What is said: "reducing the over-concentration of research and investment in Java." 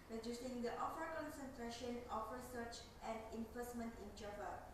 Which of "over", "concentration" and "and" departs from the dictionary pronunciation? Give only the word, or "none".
over